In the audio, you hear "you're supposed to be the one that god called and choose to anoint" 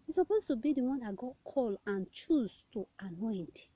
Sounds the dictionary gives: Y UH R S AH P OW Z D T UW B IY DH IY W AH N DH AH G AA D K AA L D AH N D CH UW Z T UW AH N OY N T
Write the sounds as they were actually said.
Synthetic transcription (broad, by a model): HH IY S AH P OW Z T UW B IY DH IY W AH N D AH G AA D K AA L AH N CH UW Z T UW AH N OY N T